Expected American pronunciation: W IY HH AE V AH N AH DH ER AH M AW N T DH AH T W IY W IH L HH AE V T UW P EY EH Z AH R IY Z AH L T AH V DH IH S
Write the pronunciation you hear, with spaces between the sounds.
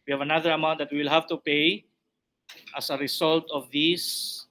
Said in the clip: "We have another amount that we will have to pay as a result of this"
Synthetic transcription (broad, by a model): W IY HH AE V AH N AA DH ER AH M AW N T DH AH T W IY W IH L HH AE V T UW P EY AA S AH R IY S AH L T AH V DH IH S